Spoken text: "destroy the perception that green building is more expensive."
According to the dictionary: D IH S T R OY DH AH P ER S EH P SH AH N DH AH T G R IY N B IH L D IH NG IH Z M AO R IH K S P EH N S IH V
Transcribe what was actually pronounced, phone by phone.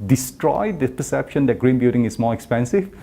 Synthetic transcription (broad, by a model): D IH S T R OY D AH P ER S EH P SH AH N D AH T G R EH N B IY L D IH NG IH S M AO R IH K S P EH N S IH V